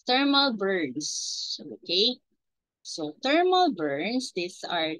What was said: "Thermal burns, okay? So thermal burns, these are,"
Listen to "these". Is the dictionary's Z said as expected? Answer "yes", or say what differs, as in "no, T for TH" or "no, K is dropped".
no, S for Z